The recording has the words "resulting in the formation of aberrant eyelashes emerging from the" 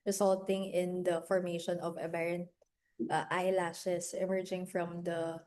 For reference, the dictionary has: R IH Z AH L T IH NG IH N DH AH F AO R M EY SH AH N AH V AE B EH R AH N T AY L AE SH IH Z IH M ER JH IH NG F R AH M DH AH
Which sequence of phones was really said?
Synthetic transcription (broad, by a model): R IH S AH L T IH NG IH N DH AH F AO R M EY SH AH N AH V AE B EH R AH N T AY L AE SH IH S IH M ER JH IH NG F R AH M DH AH